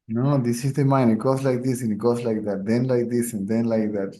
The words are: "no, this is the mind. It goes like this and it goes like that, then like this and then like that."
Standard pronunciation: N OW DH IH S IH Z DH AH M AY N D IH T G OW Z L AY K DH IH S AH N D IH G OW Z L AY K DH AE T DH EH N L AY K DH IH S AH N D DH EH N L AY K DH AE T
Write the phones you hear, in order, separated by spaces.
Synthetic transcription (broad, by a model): N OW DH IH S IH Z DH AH M AY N IH T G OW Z L AY K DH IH S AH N IH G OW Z L AY K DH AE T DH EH N L AY K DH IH S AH N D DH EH N L AY K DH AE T